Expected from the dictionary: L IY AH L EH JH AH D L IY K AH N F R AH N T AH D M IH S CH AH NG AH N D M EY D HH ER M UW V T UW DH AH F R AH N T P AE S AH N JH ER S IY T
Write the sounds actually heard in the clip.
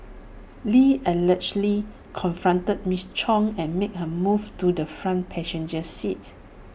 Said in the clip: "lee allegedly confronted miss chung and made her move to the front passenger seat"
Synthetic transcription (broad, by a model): L IY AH L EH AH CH L IY K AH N F R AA N T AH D M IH S CH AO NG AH N M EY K HH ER M UW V T UW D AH F R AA N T P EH SH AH N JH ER S IY T